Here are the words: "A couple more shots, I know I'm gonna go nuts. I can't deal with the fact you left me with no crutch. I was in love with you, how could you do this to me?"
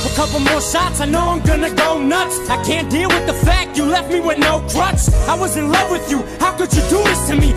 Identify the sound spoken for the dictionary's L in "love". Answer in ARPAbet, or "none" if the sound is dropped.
L